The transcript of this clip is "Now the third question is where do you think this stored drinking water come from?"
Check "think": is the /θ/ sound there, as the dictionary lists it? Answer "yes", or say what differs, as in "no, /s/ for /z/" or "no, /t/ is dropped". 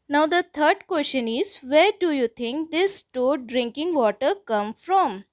no, /t/ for /θ/